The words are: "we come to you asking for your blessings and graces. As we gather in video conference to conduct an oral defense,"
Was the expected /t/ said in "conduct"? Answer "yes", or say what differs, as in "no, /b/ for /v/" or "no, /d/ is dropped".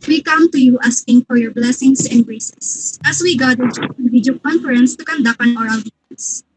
no, /t/ is dropped